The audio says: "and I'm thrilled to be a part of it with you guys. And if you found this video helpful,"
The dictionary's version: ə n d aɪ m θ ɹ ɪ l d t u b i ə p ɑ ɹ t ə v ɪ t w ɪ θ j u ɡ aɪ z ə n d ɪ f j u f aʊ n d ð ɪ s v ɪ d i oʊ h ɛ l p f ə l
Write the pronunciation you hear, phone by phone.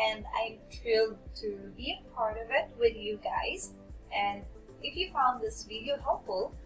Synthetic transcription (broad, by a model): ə n d aɪ m t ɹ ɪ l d t u b i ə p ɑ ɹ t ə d ɪ t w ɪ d j u ɡ aɪ z ə n d ɪ f j u f aʊ n d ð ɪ s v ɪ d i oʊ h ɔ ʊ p f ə l